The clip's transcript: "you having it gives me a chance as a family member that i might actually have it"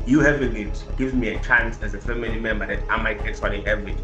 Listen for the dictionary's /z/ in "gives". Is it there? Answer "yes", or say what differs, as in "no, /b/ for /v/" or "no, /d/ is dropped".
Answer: no, /z/ is dropped